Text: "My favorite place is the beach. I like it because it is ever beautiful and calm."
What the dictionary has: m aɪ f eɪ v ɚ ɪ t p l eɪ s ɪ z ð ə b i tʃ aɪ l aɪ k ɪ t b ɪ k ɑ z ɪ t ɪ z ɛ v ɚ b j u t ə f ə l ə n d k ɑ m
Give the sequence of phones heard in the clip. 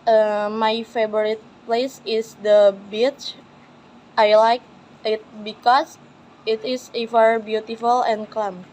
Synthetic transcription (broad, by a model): m aɪ f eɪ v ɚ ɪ t p l eɪ s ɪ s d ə b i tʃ aɪ l aɪ k ɪ t b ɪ k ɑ s ɪ t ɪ s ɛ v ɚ b j u t ə f ə l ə n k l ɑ m